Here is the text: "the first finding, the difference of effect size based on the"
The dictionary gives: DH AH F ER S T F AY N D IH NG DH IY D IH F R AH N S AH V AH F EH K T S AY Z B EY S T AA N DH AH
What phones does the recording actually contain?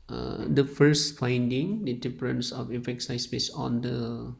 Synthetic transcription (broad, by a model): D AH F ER S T F AY N D IH NG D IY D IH P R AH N S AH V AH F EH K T S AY S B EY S AA N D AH